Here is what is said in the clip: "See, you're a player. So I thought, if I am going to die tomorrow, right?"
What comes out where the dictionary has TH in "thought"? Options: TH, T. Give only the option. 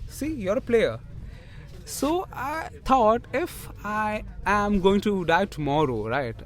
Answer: T